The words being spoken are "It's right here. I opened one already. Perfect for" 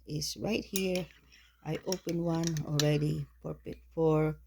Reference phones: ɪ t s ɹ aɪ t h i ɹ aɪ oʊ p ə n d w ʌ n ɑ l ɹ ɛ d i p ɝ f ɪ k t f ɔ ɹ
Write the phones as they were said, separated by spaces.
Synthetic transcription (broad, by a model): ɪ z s ɹ aɪ t h i ɹ aɪ oʊ p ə n w ʌ n ɑ l ɹ ɛ d i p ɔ p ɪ t f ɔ ɹ